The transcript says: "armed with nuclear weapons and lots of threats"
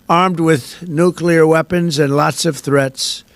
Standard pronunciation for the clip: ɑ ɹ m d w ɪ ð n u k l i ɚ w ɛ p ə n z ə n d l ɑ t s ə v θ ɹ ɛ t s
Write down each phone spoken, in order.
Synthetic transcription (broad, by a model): ɑ ɹ m d w ɪ ð n u k l i ɚ w ɛ p ə n z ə n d l ɑ t s ə v θ ɹ ɛ t s